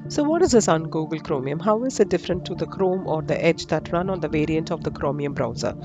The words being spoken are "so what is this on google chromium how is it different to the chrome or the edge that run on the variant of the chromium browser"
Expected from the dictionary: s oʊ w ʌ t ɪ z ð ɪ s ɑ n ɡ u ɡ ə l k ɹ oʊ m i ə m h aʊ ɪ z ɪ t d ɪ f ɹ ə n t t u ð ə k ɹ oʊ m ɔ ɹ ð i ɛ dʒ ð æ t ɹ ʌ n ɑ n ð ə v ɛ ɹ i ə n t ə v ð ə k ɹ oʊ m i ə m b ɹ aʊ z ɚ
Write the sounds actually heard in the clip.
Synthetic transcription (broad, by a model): s oʊ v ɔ t ɪ z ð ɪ s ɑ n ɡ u ɡ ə l k ɹ oʊ m i ə m h aʊ ɪ z ɪ t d ɪ f ɹ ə n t t u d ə k ɹ oʊ m ɔ ɹ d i ɛ dʒ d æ t ɹ ʌ n ɑ n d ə v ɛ ɹ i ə n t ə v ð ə k ɹ oʊ m i ə m b ɹ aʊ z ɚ